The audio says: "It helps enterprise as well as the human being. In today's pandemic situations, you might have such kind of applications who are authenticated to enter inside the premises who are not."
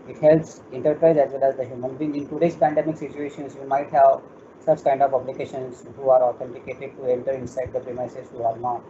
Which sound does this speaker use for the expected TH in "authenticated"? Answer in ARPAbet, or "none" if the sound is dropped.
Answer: T